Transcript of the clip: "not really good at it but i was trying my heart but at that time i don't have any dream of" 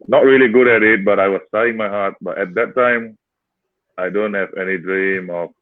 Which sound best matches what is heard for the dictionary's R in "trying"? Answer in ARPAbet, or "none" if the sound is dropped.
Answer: none